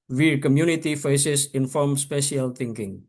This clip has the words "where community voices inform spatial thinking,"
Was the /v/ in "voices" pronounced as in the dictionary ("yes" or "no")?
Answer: no